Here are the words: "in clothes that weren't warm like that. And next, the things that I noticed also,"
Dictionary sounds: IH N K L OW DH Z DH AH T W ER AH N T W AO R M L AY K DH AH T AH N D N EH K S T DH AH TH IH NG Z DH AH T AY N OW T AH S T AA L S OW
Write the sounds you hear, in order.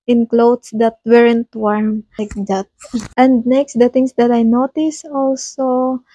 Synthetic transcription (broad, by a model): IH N K L OW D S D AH T W ER AH N T W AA R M AY K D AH T AH N D N EH K S T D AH T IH NG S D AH T AY N OW T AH S AA L S OW